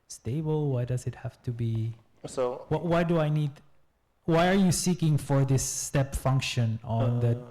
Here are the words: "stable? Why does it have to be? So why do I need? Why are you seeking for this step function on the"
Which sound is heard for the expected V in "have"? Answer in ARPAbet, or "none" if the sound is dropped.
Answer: F